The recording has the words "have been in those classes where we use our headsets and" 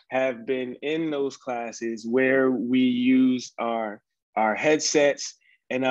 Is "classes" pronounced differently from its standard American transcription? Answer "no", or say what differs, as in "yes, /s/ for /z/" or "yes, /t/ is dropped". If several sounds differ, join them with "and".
no